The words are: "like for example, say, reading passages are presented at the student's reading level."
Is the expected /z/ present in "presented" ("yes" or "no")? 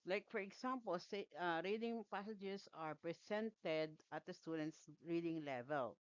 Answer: no